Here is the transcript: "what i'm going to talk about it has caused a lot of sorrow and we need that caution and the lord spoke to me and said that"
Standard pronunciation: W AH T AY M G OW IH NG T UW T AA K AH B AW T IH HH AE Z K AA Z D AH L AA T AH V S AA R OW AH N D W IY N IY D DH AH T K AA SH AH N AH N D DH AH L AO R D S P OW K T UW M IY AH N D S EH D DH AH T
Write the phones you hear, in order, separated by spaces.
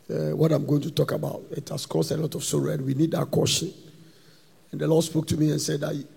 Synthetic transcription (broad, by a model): W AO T AY M G OW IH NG T UW T AA K AH B AW T IH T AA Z K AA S AH L AA T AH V S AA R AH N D W IY N IY D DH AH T K AA SH AH N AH N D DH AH L AO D S P OW K T UW M IY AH N S EH D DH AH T